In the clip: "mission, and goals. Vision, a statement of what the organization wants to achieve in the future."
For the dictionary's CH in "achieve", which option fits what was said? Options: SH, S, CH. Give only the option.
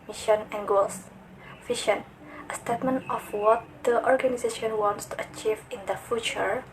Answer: CH